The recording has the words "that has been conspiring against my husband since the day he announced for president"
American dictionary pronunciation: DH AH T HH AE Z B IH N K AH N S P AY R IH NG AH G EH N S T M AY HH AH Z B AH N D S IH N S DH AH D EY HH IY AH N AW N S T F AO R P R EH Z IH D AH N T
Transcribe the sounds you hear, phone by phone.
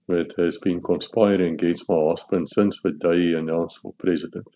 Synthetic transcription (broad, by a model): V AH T HH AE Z B IH N K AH N S P AY R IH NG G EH N S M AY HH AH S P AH N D S IH N S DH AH D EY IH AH N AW N S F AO L P R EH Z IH D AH N T